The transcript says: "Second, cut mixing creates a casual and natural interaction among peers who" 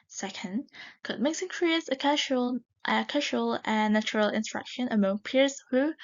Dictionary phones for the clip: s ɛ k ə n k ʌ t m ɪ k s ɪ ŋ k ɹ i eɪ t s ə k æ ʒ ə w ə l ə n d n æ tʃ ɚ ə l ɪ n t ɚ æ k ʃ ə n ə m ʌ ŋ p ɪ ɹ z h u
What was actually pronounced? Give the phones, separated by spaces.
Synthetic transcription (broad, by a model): s ɛ k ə n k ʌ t m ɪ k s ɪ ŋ k ɹ i eɪ t s ə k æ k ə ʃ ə l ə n n æ tʃ ɚ ə l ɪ n s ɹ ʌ k ʃ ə n ə m ʌ ŋ p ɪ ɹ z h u